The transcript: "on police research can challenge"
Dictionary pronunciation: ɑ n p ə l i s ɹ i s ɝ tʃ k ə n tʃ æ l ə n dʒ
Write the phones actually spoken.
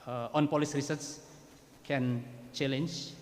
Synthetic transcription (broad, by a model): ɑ n p ə l i s ɹ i s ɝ s k ə n tʃ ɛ l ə n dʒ